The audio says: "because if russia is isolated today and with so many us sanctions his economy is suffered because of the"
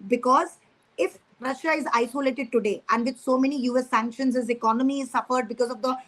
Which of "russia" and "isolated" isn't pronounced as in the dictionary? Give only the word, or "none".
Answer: none